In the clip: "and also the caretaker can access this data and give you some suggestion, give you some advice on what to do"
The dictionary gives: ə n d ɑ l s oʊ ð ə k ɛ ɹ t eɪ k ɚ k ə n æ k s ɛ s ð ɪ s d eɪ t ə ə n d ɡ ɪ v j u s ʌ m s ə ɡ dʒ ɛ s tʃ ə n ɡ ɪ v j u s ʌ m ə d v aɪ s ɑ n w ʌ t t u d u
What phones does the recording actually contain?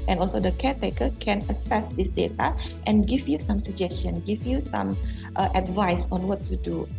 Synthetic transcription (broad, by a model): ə n ɑ l s oʊ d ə k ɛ t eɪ k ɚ k ə n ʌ s ɛ s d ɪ s d eɪ t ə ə n ɡ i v j u s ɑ m s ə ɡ dʒ ɛ s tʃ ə n ɡ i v j u s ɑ m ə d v aɪ s ɑ n w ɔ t t u d u